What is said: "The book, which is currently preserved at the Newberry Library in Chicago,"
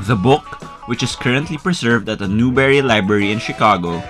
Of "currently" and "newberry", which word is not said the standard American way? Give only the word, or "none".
none